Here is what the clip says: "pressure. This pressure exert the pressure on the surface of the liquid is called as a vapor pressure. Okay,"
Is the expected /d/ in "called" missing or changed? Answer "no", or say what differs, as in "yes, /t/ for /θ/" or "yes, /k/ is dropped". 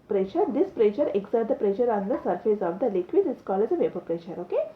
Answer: yes, /d/ is dropped